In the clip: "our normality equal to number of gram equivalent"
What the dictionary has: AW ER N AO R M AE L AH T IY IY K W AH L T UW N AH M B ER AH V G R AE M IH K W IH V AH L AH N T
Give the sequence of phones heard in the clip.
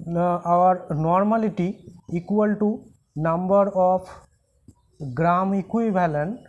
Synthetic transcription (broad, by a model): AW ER N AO R M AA L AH T IY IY K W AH L T UW N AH M B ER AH P G R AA M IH K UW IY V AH L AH N